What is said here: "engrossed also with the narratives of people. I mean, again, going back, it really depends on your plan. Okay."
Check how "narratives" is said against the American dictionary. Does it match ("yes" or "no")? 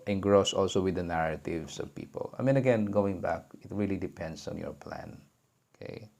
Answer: no